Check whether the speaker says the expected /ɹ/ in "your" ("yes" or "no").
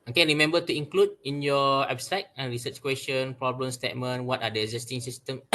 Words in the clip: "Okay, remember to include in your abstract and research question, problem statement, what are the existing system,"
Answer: no